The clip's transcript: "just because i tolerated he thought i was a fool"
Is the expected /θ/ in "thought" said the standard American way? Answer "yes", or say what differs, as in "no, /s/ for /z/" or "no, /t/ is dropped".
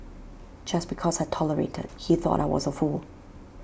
yes